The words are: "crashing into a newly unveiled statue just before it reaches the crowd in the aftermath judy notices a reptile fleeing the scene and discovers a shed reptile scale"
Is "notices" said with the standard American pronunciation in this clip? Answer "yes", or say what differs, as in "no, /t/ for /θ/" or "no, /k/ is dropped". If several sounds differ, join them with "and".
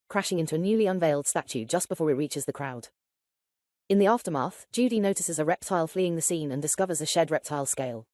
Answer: yes